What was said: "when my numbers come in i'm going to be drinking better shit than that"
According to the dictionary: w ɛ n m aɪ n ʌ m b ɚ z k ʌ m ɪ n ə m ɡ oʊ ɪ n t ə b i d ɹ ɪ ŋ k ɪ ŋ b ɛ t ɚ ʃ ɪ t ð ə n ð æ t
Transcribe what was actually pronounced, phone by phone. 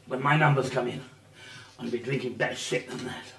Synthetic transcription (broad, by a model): w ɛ n m aɪ n ʌ m b ɚ z k ʌ m ɪ n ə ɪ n b i d ɹ ɪ ŋ k ɪ ŋ b ɛ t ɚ s ɪ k ð ə n ð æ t